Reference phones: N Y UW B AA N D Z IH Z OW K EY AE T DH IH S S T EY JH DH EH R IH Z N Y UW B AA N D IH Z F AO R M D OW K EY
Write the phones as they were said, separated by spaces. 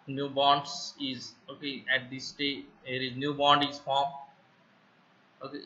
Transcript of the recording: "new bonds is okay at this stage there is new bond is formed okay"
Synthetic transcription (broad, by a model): N Y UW B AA N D S IH Z OW K EY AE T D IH S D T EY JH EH R IH Z N Y UW B AA N D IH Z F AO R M OW K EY